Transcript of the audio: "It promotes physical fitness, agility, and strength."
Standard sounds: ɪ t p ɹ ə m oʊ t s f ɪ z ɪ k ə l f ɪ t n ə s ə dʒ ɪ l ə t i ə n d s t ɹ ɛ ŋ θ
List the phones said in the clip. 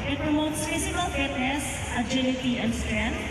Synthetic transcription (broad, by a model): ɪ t p ɹ ə m oʊ t s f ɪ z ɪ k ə l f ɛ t ə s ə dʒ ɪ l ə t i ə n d s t ɹ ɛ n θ